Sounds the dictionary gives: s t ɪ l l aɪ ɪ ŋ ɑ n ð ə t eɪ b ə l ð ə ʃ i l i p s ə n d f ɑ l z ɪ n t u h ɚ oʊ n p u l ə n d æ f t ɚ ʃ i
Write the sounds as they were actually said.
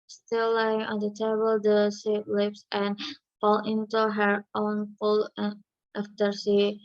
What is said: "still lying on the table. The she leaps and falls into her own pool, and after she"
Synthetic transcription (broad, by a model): s t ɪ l l aɪ ɪ ŋ ɑ n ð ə t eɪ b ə l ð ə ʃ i l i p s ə n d f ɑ l ɪ n t u h ɚ oʊ n f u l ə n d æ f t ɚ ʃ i